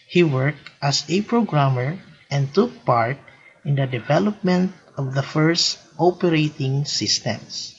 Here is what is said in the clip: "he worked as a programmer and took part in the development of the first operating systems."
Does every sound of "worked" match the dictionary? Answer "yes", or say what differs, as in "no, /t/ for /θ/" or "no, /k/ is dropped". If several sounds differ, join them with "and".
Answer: yes